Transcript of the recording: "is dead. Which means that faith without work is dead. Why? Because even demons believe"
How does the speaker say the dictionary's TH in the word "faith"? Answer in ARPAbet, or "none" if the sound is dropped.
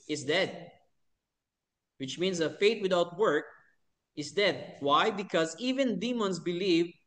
T